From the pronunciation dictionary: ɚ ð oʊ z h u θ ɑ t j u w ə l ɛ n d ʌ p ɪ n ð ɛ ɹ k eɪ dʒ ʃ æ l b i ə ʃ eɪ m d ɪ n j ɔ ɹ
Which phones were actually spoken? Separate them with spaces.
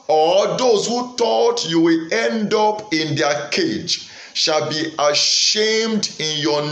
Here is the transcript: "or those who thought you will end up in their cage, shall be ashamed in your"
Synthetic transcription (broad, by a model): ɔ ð oʊ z h u t ɑ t j u w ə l ɛ n d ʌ p ɪ n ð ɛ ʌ k eɪ dʒ ʃ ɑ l b i ə ʃ eɪ m d ɪ n j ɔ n